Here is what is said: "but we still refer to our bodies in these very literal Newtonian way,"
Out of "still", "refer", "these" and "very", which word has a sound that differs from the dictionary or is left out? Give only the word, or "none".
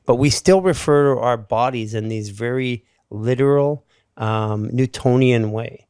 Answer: none